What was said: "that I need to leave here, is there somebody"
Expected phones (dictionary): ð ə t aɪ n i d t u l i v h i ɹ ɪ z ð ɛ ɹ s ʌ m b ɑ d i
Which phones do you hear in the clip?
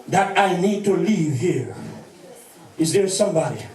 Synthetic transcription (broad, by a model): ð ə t aɪ n i d t u l i v h i ɹ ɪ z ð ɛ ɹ s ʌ m b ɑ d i